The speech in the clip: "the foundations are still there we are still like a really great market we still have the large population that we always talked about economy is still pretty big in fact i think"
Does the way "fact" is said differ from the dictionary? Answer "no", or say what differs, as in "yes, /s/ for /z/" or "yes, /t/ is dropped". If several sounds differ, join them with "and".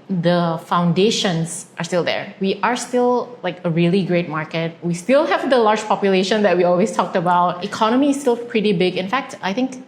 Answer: no